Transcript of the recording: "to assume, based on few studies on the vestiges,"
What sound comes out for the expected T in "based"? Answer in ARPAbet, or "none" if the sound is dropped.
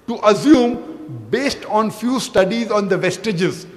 T